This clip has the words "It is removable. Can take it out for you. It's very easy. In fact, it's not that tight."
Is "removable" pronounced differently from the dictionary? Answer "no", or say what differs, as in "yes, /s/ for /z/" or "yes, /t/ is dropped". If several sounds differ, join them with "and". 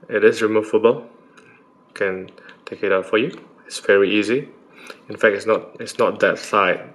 yes, /f/ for /v/